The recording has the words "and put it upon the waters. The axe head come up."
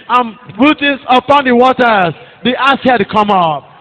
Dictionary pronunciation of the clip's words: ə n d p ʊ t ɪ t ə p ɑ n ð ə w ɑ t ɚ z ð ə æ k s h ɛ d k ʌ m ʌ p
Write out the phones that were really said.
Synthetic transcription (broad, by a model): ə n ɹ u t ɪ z ə p ɑ n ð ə w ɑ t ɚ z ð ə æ s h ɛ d k ʌ m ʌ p